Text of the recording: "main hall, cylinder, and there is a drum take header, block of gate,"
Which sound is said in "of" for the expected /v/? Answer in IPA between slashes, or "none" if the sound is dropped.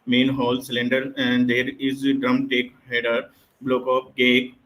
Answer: /p/